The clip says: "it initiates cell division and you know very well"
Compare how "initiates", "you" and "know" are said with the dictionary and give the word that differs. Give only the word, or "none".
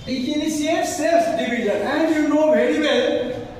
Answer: initiates